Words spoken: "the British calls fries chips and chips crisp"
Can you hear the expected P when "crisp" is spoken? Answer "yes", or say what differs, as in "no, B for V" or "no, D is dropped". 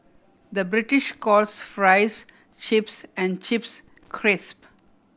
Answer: yes